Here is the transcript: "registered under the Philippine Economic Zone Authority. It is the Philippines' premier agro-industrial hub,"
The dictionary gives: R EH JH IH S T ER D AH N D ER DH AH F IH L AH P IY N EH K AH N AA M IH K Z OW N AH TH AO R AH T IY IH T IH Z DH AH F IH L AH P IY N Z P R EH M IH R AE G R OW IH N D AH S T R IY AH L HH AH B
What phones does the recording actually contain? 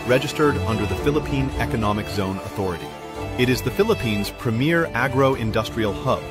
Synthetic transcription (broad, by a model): R EH JH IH S T ER D AH N D ER DH AH F IH L AH P IY N EH K AH N AA M IH K Z OW N AH TH AO R AH T IY IH T IH Z DH AH F IH L AH P IY N Z P R EH M IH R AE G R OW IH N D AH S T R IY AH L HH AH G